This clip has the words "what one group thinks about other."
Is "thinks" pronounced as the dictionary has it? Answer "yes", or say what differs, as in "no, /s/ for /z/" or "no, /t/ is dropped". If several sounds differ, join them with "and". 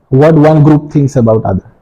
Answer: no, /t/ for /θ/